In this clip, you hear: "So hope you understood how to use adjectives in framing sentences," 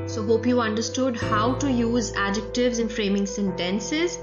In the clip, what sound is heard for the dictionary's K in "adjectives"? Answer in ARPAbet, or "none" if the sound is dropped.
K